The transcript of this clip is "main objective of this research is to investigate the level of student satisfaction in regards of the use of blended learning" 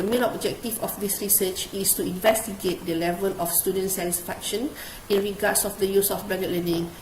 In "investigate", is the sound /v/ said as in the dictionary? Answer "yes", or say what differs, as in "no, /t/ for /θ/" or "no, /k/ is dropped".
yes